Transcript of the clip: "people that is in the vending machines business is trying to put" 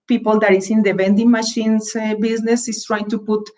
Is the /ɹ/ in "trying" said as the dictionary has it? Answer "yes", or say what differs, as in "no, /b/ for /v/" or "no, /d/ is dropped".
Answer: yes